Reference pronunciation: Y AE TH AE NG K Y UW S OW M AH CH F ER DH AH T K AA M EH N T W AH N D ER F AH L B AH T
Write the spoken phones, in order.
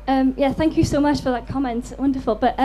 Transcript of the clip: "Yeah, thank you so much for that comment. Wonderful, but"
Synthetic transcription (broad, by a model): Y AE TH AE NG K Y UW S OW M AH CH F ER DH AH T K AA M EH N T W AH N D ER F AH L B AH T